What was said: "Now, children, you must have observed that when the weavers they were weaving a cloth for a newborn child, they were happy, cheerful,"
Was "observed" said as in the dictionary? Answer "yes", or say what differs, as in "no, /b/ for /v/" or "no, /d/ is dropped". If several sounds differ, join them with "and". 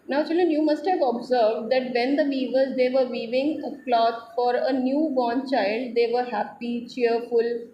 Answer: yes